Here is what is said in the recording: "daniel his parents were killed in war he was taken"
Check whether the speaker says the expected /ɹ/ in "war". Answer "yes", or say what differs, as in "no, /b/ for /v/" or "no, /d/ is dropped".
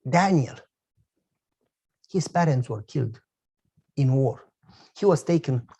yes